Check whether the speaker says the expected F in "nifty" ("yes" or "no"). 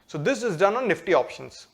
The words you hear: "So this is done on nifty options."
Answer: yes